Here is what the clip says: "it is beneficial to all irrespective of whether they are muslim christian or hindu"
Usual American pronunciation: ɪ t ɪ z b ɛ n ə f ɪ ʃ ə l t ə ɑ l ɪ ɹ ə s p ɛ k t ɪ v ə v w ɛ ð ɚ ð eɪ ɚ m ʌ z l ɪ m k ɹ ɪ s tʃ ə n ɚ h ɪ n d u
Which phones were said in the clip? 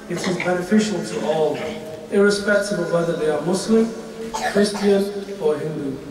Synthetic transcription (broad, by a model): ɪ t ɪ z b ɛ n ə f ɪ ʃ ə l t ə ɑ l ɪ ɹ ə s p ɛ k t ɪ b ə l w ɛ ð ɚ ð eɪ ɚ m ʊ s l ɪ m k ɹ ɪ s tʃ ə n ɚ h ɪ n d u